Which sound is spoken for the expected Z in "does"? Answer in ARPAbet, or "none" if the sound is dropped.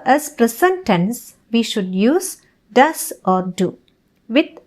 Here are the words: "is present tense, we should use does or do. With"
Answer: S